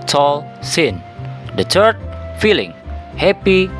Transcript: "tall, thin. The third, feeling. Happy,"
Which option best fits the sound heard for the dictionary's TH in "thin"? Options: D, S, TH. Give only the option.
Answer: S